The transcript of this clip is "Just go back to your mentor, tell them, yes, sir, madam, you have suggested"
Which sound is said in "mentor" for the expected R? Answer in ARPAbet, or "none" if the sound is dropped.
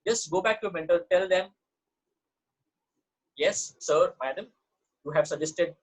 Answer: L